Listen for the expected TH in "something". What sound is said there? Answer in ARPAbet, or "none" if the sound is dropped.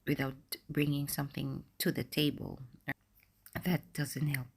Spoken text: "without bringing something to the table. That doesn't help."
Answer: TH